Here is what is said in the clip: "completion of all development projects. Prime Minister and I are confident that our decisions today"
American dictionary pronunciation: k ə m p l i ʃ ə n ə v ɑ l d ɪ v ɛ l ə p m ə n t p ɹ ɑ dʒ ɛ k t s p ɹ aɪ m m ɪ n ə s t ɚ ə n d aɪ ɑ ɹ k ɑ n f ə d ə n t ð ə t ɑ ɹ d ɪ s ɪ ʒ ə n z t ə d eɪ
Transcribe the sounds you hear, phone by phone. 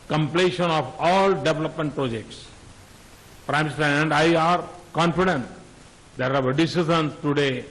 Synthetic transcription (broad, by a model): k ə m p l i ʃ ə n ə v ɑ l d ɪ v ɛ l ə p m ə n t p ɹ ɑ dʒ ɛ k t s p ɹ aɪ m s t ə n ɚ ə n d aɪ ɑ ɹ k ɑ n f ə d ə n t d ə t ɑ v d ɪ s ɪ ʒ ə n s t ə d eɪ